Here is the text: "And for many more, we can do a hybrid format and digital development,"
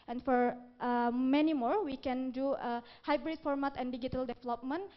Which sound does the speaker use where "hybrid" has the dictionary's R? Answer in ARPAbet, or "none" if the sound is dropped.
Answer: R